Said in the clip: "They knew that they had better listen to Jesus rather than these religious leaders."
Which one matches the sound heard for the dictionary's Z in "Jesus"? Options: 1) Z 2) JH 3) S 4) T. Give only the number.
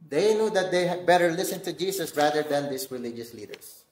3